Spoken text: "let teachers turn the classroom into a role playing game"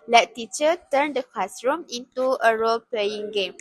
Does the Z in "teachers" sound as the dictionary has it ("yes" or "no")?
no